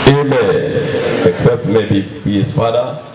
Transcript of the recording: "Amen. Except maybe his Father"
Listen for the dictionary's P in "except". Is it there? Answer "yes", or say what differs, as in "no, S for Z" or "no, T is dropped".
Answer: yes